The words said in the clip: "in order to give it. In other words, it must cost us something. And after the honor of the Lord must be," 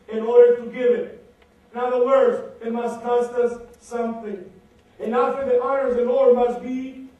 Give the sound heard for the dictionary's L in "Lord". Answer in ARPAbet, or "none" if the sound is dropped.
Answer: N